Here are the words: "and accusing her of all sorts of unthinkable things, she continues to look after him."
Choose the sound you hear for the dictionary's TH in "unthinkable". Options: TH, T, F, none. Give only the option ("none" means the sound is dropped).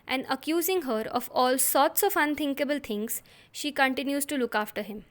T